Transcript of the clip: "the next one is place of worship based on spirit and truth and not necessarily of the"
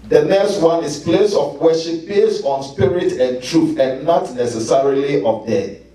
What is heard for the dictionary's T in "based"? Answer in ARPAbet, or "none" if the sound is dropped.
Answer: none